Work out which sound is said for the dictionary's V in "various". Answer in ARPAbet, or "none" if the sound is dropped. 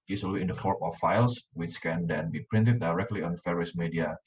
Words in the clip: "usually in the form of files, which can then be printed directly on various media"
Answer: F